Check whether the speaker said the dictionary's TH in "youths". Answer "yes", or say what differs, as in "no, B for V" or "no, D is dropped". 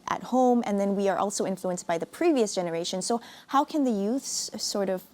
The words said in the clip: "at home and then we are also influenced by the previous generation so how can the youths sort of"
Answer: yes